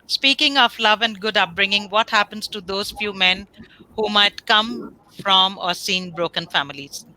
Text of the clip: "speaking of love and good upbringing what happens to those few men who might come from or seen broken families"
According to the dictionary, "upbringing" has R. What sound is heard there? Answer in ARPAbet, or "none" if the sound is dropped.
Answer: R